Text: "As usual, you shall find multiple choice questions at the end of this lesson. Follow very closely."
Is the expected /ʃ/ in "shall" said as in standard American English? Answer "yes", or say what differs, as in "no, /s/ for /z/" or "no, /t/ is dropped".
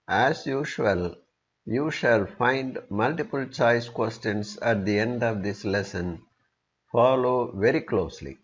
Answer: yes